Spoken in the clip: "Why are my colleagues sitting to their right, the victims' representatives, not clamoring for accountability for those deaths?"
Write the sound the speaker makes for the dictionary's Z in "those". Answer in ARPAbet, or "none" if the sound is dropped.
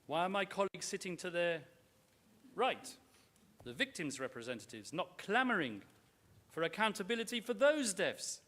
Z